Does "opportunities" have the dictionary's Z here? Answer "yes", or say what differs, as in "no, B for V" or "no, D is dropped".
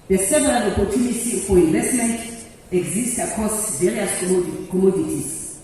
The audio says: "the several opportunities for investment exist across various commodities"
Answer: no, Z is dropped